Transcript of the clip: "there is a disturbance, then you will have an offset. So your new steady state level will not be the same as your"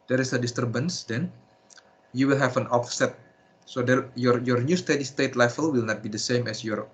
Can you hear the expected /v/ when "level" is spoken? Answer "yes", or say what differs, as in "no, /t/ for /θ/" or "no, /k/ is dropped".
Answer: no, /f/ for /v/